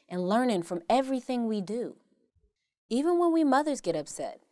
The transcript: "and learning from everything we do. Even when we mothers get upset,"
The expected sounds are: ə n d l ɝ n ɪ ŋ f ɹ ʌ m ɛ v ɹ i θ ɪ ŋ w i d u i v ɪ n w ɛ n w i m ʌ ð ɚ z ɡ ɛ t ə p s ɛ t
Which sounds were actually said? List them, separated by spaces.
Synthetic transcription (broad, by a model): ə n l ɝ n ɪ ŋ f ɹ ʌ m ɛ v ɹ i θ ɪ ŋ w i d u i v ɪ n w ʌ n w i m ʌ ð ɚ z ɡ ɛ t ə p s ɛ t